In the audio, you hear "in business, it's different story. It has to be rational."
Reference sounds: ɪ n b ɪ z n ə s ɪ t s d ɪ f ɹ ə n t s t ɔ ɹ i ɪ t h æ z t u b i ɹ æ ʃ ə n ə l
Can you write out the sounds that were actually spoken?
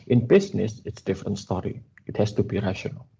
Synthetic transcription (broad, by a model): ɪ n b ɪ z n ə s ɪ t s d ɪ f ɹ ə n t s t ɔ ɹ i ɪ t h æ s t u b i ɹ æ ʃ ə n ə l